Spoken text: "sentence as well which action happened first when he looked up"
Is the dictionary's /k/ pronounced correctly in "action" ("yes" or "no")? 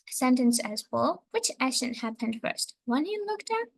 no